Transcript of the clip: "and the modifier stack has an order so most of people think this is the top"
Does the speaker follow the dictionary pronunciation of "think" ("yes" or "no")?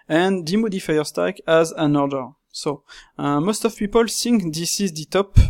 no